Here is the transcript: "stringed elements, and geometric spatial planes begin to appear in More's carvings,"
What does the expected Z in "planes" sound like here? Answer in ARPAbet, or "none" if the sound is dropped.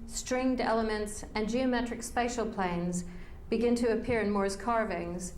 Z